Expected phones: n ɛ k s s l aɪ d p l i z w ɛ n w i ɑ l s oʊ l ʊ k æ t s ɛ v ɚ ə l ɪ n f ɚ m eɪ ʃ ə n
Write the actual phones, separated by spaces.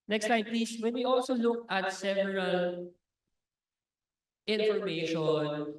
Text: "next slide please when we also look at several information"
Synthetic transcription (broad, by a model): n ɛ k s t aɪ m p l i s w ɛ n w i ɑ l s oʊ l ʊ k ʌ t s ɛ v ɚ ə l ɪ n f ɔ m eɪ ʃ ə n